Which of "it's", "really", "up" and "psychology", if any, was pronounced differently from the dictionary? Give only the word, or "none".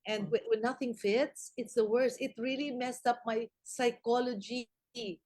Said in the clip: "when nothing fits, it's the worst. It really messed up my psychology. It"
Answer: none